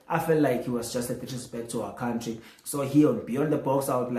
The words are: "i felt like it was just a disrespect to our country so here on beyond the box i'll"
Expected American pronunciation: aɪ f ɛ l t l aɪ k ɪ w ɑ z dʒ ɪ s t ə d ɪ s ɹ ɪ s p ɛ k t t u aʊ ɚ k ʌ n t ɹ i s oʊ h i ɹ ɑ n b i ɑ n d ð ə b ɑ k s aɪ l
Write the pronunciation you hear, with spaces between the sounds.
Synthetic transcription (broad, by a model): aɪ f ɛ l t l aɪ k ɪ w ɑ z dʒ ɪ s t ə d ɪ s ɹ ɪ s b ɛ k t t u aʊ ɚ k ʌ n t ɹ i s oʊ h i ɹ ɑ n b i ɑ n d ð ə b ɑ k s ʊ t